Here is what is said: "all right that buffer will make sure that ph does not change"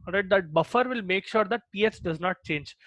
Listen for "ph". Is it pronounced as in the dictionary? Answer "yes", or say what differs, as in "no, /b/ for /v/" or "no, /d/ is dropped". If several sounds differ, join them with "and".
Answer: no, /s/ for /tʃ/